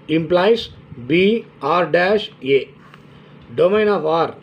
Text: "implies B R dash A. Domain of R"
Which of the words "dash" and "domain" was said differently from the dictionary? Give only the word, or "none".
none